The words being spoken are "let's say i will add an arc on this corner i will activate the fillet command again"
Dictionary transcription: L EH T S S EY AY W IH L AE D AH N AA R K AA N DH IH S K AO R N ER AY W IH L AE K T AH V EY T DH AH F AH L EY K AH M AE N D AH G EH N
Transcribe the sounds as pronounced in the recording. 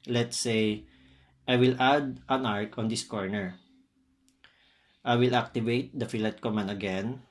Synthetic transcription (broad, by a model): L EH T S S EY AY W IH L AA D AH N AA R K AA N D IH S K AO R N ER AY W IH L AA K T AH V EY T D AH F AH L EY K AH M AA N AH G EH N